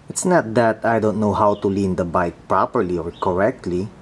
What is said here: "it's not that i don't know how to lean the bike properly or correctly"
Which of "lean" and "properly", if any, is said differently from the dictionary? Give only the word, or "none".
none